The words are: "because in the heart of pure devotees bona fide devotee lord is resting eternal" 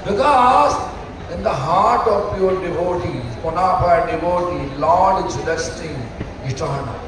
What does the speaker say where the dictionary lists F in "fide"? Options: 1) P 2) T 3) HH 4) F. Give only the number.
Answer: 1